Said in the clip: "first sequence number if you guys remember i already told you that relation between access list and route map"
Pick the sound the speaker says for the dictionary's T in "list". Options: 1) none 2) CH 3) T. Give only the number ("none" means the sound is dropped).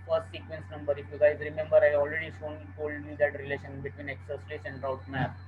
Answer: 1